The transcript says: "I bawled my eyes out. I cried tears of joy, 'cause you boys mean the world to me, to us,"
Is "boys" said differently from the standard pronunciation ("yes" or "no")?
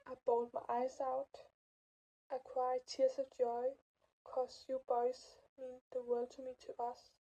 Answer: yes